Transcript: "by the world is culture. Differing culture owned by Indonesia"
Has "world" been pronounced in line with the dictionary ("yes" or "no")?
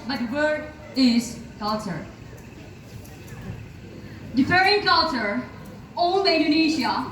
no